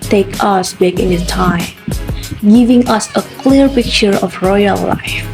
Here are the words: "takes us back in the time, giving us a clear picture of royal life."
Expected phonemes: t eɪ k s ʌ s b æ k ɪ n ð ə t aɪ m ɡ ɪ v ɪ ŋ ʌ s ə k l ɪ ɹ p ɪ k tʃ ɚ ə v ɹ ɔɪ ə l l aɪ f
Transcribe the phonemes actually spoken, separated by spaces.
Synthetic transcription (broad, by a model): t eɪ k ʌ s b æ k ɪ n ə t aɪ m ɡ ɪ v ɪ ŋ ʌ s ə k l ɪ ɹ p ɪ k tʃ ɚ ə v ɹ ɔɪ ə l l aɪ f